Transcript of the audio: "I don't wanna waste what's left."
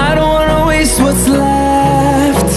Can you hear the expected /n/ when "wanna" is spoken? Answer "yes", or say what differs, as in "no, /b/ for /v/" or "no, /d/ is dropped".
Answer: no, /n/ is dropped